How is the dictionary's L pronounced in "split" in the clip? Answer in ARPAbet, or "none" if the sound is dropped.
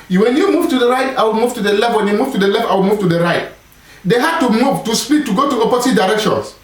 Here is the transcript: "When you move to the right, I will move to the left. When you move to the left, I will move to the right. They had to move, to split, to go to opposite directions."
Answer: none